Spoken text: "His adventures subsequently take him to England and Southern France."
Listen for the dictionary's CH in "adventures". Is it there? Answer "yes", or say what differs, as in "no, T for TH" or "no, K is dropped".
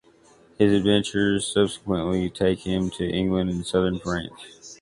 yes